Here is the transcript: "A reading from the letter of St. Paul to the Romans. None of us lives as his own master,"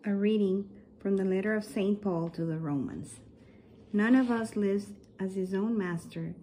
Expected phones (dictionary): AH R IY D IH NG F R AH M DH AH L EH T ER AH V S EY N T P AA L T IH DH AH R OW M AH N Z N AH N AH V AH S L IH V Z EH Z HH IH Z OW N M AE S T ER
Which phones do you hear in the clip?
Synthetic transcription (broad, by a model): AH R IY D IH NG F R AH M DH AH L EH T ER AH V S EY N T P AA L T IH DH AH R OW M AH N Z N AH N AH V AH S L IH V Z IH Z HH IH Z OW N M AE S T ER